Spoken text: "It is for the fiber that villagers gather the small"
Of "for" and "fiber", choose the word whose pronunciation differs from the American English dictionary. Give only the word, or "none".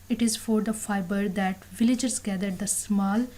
none